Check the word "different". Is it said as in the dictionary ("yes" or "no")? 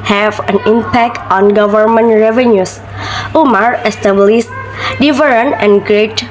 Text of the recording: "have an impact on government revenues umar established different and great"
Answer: no